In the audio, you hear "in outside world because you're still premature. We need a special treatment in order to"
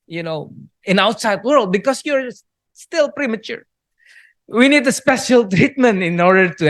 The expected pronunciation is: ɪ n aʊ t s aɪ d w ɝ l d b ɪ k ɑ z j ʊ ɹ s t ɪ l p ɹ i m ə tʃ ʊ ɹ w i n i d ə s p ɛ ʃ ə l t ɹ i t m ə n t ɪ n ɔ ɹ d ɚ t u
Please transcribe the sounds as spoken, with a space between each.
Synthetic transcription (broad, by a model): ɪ n aʊ t s aɪ d w ɝ l d b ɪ k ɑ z j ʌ ɹ s t ɪ l p ɹ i m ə tʃ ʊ ɹ w i n i d ə s p ɛ ʃ ə l t ɹ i t m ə n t ɪ n ɔ ɹ d ɚ t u